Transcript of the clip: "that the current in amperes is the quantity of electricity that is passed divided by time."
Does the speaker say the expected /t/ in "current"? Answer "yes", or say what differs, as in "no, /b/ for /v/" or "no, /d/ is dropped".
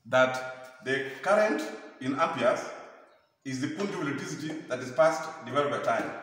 yes